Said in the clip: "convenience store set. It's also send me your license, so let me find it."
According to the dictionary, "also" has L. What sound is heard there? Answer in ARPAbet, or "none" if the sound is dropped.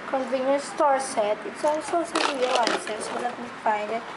N